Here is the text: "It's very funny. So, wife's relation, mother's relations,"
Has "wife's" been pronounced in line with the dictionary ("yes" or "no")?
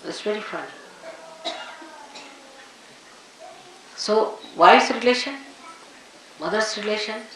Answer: no